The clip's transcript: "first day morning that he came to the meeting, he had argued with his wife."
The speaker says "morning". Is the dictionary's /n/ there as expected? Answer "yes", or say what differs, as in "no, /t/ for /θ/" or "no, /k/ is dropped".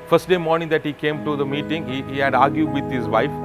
yes